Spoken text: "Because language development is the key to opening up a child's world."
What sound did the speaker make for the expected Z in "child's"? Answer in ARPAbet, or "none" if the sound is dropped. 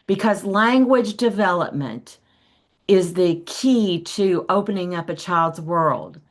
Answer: Z